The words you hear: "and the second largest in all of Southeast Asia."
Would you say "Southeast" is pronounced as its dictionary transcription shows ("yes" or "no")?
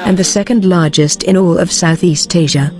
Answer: yes